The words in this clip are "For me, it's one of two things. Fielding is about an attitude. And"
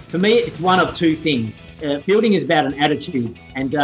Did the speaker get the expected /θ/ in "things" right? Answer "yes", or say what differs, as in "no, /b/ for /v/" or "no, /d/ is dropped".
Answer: yes